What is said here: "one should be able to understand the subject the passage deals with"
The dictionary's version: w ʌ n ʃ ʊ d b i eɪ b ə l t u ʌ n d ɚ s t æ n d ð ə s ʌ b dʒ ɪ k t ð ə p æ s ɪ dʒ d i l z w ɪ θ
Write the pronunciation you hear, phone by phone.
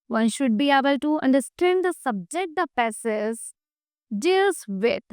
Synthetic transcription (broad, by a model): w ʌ n ʃ ʊ d b i eɪ b ə l t u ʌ n d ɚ s t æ n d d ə s ʌ b dʒ ɪ k t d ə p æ s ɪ z d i l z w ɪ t